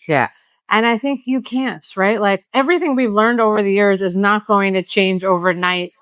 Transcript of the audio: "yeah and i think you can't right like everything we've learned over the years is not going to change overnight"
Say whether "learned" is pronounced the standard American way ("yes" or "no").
yes